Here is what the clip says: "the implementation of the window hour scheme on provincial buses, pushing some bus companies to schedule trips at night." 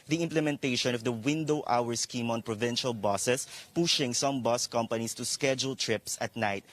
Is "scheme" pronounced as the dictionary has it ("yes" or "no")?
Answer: yes